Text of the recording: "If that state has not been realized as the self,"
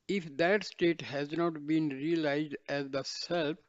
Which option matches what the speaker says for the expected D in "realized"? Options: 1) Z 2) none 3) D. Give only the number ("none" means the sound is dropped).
3